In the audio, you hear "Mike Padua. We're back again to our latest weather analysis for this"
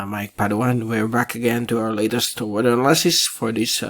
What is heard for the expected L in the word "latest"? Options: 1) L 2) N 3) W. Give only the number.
1